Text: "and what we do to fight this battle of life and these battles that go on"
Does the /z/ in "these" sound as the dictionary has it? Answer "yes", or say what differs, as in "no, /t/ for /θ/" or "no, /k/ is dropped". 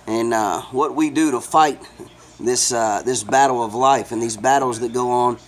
yes